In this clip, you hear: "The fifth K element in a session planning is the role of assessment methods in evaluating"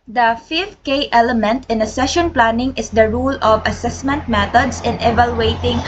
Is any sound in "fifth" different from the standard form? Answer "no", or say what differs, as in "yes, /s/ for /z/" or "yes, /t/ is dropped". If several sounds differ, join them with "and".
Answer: yes, /f/ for /θ/